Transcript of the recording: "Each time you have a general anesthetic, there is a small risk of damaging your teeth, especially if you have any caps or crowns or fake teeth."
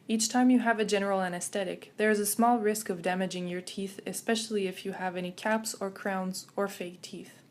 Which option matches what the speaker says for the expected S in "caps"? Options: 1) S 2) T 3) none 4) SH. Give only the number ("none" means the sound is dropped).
1